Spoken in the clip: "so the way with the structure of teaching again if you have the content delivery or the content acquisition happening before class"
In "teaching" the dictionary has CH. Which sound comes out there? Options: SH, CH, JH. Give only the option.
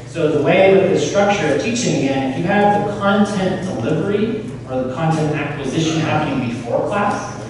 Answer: CH